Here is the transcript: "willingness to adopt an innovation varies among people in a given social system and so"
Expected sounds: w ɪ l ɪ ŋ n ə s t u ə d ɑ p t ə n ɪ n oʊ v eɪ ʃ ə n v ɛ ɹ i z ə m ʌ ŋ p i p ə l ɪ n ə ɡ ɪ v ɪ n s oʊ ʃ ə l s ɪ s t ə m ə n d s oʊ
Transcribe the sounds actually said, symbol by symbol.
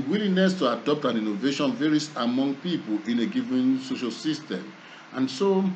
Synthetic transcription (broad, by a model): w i l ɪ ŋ n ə s t u ə d ɑ p t ə n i n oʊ v eɪ ʃ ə n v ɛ ɹ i s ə m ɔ ŋ p i p ə l ɪ n ə ɡ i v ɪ n s oʊ ʃ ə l s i s t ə m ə n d s oʊ